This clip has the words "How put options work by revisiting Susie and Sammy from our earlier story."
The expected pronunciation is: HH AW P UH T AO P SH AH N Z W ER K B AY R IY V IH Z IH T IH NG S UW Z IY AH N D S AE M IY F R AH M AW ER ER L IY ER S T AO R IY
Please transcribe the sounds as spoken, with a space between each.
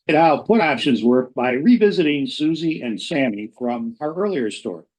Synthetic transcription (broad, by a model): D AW P UH T AO P SH AH N Z W ER K B AY R IY V IH Z IH T IH NG S UW Z IY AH N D S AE M IY F R AH M AW ER ER L IY ER S T AO R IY